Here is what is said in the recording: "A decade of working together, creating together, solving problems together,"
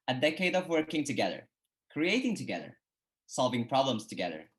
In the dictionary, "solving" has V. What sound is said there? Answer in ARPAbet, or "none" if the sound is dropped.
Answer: V